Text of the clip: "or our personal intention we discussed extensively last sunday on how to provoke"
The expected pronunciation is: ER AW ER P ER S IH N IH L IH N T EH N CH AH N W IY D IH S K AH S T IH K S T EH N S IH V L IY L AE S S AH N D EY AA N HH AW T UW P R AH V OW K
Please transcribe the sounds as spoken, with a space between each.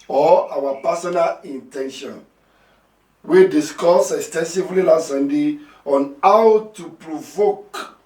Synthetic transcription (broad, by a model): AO AW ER P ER S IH N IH L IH N T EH N SH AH N W IY D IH S K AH S IH K S T EH N S IH V L IY L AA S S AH N D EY AA N HH AW T UW P R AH V OW K